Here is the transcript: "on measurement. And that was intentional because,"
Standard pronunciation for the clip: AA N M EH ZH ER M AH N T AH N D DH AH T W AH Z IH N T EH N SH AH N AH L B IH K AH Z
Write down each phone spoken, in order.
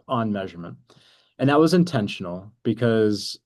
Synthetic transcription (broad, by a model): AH N M EH ZH ER M AH N T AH N DH AH T W AH Z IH N T EH N SH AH N L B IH K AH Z